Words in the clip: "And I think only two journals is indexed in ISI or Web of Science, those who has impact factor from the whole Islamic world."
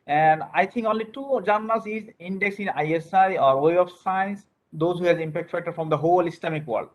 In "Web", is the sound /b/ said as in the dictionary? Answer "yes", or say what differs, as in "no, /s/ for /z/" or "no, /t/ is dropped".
no, /b/ is dropped